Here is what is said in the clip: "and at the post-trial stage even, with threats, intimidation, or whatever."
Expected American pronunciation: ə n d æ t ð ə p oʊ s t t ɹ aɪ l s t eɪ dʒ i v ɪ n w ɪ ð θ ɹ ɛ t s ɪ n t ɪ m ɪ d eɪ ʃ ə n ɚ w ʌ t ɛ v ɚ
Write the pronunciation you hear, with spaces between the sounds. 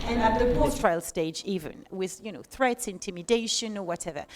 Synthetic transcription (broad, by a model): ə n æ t ð ə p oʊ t t ɹ aɪ l s t eɪ dʒ i v ɪ n w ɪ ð θ ɹ ɛ t s ɪ n t ɪ m ɪ d eɪ ʃ ə n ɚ w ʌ t ɛ v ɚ